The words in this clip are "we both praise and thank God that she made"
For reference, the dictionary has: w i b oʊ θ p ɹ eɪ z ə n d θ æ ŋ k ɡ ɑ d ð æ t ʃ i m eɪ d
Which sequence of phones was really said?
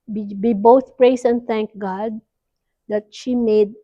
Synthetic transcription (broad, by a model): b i b oʊ t p ɹ eɪ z ə n d t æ ŋ k ɡ ɑ d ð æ t ʃ i m eɪ d